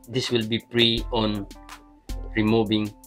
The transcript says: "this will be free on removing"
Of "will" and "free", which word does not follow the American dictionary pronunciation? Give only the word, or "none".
free